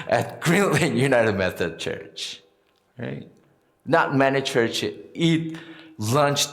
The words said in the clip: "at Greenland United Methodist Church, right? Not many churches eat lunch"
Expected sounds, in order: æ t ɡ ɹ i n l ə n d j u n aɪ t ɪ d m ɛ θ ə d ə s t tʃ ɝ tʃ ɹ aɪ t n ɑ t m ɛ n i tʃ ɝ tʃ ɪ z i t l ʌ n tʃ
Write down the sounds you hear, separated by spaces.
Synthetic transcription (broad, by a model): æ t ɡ ɹ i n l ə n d j u n aɪ t ɪ d m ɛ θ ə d tʃ ɝ tʃ ɹ aɪ t n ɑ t m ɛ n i tʃ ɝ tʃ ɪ i t l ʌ n tʃ